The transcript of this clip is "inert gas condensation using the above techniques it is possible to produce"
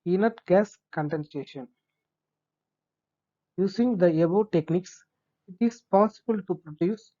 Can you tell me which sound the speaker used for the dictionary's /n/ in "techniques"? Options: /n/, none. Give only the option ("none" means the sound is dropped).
/n/